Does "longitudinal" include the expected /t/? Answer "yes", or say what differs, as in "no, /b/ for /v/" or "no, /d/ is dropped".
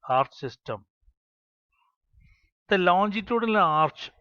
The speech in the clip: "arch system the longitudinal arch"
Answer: yes